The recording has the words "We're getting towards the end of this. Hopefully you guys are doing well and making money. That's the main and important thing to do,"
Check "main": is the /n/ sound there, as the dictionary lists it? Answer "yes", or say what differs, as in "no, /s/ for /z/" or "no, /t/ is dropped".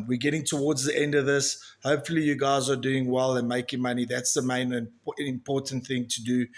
no, /n/ is dropped